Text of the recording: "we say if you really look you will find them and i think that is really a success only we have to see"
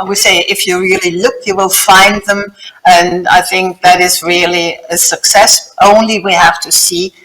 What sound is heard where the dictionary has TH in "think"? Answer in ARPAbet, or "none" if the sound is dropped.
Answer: TH